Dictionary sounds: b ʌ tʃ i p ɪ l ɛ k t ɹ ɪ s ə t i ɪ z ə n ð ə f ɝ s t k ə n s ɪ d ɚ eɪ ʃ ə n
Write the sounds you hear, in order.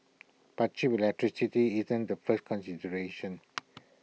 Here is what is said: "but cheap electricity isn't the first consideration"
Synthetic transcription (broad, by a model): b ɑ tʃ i b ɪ l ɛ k t ɹ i s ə t i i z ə n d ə f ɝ s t k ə n s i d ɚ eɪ ʃ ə n